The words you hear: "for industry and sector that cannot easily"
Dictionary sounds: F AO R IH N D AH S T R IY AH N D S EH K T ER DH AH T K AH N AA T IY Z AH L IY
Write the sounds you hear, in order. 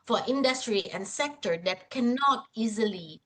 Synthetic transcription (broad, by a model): F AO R IH N D AH S T R IY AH N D S EH K T ER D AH T K AH N AA T IY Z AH L IY